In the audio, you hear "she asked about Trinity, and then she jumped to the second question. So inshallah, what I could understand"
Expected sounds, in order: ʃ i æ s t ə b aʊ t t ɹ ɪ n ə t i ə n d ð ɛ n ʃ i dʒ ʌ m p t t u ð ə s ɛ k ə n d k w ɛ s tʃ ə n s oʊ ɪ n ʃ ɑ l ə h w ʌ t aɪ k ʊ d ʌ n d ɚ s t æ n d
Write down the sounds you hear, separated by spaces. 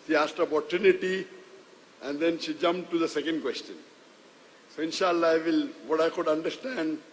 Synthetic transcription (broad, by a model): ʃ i æ s t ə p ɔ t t u n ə t i ə n d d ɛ n ʃ i dʒ ʌ m p t t u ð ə s ɛ k ə n d k w ɛ s tʃ ə n s oʊ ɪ n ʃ ɑ l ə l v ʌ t aɪ k ʊ d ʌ n d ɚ s t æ n d